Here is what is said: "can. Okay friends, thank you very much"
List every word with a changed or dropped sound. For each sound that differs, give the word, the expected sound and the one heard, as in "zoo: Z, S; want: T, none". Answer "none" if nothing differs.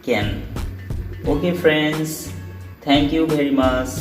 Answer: thank: TH, T